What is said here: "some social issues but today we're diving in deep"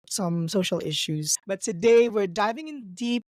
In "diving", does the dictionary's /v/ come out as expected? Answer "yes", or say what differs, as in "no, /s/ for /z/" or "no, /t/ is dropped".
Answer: yes